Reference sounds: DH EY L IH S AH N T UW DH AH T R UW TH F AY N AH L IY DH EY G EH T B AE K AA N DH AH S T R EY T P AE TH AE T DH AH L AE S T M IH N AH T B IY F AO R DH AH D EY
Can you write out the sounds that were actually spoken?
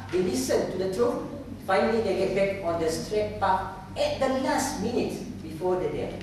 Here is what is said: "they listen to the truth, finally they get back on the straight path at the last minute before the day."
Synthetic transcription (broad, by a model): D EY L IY S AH N T UW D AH T R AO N F AY N AH L IY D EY G EH T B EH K AA N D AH S T R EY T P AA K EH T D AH N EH S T M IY N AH T B IY F AO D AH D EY